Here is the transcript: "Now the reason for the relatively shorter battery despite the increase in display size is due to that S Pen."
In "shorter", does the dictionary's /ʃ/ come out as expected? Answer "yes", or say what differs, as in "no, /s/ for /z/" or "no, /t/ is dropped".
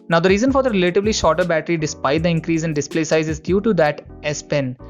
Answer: yes